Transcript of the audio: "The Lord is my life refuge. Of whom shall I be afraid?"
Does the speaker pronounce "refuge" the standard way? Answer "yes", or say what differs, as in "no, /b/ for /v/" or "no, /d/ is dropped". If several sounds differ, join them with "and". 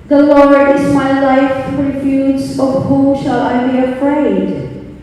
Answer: no, /z/ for /dʒ/